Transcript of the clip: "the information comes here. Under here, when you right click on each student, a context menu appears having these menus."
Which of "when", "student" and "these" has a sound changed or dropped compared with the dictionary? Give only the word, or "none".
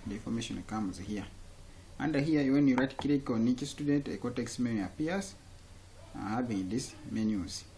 these